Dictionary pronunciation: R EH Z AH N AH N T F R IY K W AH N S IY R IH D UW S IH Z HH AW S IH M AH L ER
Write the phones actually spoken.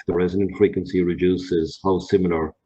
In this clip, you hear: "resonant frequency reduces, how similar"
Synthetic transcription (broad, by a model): R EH Z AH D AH N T F R IY K W AH N S IY R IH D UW S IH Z HH AW S IH M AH L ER